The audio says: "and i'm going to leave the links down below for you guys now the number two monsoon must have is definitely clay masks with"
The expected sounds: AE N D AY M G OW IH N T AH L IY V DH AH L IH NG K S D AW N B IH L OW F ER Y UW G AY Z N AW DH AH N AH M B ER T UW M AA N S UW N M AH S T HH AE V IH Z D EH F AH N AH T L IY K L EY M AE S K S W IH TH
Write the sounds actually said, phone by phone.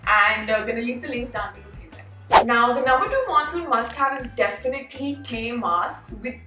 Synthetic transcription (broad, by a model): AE N D G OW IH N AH L IY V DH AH L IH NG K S D AW N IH OW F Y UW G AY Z N AW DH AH N AH M B ER T UW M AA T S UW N M AH S T HH AE V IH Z D EH F AH N AH T L IY K L EY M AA S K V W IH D